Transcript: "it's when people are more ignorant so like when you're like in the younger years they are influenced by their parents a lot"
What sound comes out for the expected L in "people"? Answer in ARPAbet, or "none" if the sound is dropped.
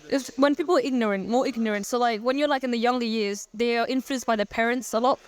N